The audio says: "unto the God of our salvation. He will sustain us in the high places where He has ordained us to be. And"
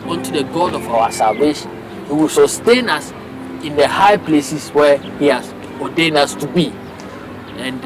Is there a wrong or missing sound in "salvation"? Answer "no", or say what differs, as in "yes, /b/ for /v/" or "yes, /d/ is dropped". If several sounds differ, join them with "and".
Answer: no